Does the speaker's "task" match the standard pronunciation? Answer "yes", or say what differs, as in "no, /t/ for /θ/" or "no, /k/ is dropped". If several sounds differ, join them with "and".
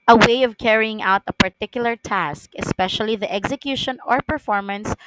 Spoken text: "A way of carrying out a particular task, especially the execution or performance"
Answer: yes